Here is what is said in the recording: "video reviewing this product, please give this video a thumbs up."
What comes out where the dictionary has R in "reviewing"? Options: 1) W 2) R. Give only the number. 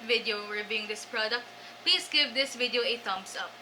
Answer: 1